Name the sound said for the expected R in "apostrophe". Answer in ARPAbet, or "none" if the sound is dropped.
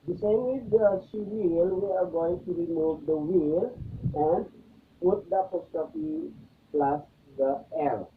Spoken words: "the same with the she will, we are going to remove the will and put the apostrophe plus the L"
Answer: none